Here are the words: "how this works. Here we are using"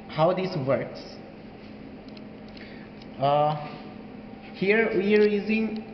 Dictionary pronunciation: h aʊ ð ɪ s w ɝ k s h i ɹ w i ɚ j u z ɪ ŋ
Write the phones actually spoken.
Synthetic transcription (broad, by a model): h aʊ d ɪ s w ɝ k s h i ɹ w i ɚ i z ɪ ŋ